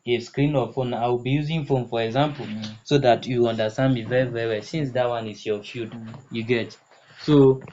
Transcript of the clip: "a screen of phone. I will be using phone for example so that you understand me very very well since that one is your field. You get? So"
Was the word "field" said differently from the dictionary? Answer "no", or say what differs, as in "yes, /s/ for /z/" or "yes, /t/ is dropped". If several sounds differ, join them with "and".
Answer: yes, /l/ is dropped